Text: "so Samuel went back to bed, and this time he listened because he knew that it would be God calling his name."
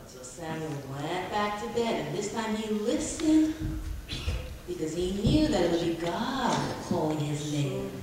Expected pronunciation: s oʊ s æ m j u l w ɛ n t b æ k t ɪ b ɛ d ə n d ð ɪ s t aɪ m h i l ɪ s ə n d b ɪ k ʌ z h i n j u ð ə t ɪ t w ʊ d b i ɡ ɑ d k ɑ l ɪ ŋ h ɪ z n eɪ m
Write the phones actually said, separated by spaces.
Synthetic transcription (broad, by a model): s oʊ s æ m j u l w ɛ t b æ k t ɪ b ɛ d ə n ð ɪ s t aɪ m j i l ɪ s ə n b ɪ k ʌ z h i n j u ð ə t ɪ t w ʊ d b i ɡ ɑ d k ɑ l ɪ ŋ ɪ z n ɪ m